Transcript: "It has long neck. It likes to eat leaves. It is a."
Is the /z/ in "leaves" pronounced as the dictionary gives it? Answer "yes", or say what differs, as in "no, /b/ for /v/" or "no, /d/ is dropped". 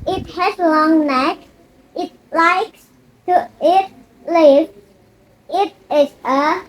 no, /z/ is dropped